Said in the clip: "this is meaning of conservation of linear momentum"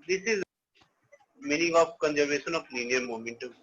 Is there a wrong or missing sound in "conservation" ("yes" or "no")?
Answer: yes